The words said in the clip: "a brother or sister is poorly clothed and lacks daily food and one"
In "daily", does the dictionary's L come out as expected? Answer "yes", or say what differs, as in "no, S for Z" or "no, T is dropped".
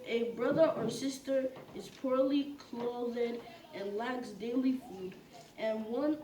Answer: yes